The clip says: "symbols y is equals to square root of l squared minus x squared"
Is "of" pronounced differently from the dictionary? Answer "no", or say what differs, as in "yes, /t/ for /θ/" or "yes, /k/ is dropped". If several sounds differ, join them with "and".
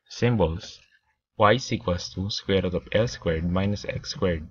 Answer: yes, /p/ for /v/